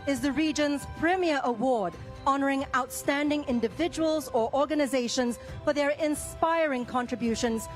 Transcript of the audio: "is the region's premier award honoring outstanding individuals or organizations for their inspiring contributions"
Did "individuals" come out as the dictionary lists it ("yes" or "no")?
yes